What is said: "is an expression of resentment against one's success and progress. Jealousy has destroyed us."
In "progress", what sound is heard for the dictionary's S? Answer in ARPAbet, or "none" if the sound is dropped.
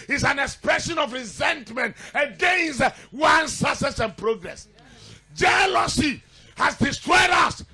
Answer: S